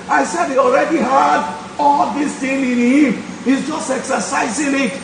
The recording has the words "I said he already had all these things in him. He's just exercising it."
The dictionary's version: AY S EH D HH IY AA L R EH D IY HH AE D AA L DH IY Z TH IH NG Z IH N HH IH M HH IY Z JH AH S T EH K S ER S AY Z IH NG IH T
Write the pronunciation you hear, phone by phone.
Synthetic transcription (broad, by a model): AY S EH D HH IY AA L R EH D IY HH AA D AA L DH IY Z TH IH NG IH N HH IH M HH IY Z JH AH S T EH K S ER S AY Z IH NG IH T